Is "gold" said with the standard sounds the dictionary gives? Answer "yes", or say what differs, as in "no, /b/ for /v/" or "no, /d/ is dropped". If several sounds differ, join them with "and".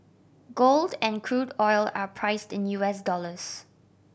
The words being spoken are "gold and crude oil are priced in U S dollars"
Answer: yes